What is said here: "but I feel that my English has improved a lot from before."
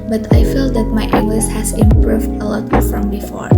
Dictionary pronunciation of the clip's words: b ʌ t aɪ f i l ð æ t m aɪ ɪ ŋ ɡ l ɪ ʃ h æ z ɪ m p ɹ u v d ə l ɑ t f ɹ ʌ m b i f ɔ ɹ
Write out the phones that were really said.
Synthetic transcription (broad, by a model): b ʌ t aɪ f i l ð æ t m aɪ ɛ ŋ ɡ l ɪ s h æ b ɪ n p ɹ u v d ə l ɑ t f ɹ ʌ m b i f ɔ ɹ